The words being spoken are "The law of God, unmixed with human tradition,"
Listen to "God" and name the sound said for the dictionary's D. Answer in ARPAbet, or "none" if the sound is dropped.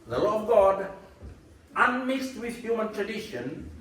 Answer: D